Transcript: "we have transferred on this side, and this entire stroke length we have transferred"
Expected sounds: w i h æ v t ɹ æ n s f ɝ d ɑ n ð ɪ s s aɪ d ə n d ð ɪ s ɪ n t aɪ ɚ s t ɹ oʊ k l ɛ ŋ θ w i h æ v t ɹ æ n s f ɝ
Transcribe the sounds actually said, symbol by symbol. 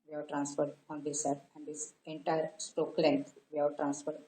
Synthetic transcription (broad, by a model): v i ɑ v t ɹ æ n s f ɝ d ɑ n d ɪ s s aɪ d ə n d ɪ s ɪ n t aɪ ɚ s t oʊ k l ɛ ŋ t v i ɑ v t ɹ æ n s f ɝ